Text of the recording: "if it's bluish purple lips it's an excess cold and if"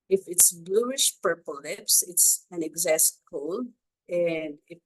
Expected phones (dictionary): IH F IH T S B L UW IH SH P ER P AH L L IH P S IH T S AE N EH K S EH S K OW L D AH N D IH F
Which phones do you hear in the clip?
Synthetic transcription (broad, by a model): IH F IH T S B L UW IH SH P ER P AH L L IH P S IH T S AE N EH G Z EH S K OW L AH N D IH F